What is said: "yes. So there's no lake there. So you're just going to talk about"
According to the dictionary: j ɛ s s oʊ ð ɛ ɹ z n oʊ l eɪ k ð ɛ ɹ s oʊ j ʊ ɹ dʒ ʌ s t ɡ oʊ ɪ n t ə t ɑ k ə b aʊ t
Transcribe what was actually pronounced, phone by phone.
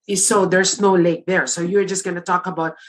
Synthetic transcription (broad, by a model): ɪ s s oʊ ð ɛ ɹ s n oʊ l eɪ k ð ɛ ɹ s oʊ j ʊ ɹ dʒ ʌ s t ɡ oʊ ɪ n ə t ɑ k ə b aʊ t